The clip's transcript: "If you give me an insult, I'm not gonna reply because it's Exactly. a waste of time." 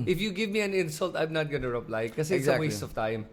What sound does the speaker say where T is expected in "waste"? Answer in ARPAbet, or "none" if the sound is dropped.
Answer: none